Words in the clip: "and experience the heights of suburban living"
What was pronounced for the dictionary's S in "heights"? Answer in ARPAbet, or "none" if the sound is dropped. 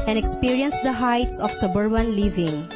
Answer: S